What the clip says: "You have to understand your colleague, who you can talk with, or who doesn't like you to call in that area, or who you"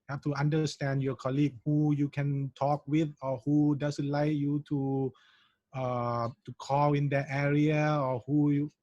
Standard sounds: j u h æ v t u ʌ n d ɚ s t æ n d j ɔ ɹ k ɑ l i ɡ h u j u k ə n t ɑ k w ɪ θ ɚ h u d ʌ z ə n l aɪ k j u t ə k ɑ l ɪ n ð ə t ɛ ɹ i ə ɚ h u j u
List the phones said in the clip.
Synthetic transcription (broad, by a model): h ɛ f t u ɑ n d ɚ s t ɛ n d j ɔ k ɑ l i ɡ h u j u k ə n t ɑ k w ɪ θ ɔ h u d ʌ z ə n l aɪ k j u t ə k ɑ l ɪ n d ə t ɛ ɹ i ə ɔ h u j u